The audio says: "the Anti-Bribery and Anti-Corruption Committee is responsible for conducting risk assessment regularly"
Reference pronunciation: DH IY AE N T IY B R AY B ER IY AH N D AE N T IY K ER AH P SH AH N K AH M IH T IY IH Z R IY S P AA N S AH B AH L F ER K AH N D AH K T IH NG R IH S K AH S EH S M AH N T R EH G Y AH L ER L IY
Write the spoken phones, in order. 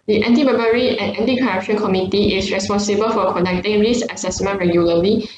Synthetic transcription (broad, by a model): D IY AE N T IY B AY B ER IY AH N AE N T IY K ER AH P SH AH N K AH M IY T IY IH S R IY S P AA N S AH B AH L F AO K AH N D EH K T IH NG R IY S AH S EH S M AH N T R EH G Y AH L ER L IY